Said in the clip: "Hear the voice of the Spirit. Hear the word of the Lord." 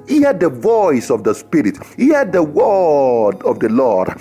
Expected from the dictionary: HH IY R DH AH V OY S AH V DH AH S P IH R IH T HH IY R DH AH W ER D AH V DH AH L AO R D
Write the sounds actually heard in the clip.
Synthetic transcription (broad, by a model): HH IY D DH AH V OY S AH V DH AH S P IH R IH T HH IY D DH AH W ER D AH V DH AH L AO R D